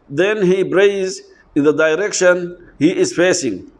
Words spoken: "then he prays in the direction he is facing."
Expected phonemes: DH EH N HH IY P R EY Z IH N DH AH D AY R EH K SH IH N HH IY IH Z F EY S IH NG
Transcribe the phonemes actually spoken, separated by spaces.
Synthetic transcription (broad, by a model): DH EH N HH IY B R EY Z IH N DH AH D AY R EH K SH IH N HH IY IH Z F EY S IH NG